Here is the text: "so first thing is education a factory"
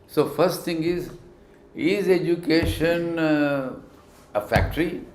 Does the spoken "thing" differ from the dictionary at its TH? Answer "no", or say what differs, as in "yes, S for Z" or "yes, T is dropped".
yes, T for TH